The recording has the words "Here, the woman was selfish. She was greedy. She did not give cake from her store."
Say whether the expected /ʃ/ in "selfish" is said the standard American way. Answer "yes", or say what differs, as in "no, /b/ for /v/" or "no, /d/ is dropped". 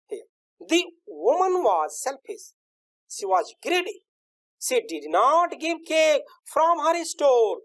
no, /s/ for /ʃ/